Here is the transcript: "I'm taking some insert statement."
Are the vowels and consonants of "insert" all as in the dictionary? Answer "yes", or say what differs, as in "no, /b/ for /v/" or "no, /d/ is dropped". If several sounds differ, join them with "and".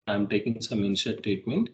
no, /ʃ/ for /s/